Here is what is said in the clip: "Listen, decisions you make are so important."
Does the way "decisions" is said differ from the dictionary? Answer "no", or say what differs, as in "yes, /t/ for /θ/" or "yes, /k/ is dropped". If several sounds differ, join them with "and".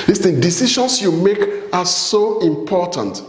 yes, /ʃ/ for /ʒ/ and /s/ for /z/